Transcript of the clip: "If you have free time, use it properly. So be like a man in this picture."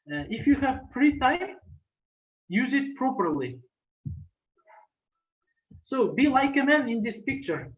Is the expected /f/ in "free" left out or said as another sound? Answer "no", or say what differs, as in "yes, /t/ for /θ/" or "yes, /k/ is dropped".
yes, /p/ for /f/